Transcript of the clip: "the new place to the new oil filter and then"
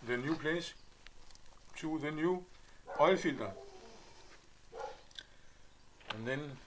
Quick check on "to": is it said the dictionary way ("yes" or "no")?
no